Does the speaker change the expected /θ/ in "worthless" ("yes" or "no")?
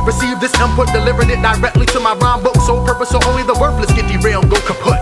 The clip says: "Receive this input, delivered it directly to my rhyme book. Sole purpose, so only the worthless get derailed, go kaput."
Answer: yes